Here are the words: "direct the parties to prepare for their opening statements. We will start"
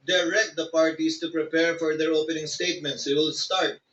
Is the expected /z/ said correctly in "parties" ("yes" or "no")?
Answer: no